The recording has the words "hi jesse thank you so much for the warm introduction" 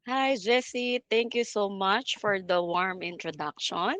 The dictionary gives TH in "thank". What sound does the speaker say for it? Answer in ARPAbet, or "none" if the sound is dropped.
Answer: T